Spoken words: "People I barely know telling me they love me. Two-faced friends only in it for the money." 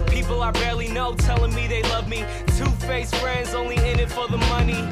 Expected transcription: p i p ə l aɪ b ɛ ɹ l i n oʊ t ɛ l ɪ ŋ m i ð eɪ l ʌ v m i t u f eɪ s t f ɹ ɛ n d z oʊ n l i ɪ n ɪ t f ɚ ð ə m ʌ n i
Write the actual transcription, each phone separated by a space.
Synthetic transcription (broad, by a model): p i p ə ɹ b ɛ ɹ l i n oʊ t ɛ l ɪ ŋ m i ð eɪ l ʌ v m i t u f eɪ s f ɹ ɛ n d z oʊ n l i ɪ n ɪ t f ɚ ð ə m ʌ n i